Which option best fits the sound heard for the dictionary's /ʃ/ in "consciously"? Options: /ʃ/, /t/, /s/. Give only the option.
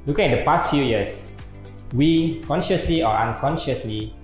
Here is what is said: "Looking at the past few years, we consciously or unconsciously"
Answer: /ʃ/